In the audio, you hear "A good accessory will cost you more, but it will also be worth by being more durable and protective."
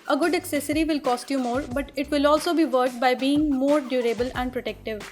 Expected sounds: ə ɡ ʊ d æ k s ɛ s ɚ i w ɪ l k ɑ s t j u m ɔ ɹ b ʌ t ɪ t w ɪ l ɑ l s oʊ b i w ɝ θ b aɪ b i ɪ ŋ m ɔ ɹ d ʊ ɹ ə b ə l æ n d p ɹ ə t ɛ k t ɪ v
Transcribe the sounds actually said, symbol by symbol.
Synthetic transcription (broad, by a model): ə ɡ ʊ d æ k s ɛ s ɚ i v ɪ l k ɑ s t j u m ɔ ɹ b ʌ t ɪ t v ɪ l ɑ l s oʊ b i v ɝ t b aɪ b i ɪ ŋ m ɔ ɹ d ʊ ɹ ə b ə l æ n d p ɹ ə t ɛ k t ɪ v